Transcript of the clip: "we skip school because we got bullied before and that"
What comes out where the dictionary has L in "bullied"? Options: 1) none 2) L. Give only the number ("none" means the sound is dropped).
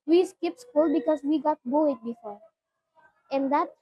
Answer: 1